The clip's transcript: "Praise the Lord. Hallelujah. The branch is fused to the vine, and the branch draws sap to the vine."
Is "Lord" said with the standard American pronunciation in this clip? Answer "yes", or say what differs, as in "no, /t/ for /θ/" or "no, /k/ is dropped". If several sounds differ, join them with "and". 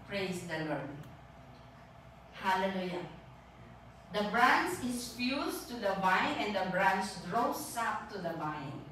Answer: yes